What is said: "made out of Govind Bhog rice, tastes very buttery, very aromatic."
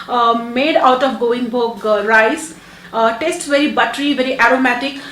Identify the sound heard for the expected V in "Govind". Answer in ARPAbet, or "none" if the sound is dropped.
none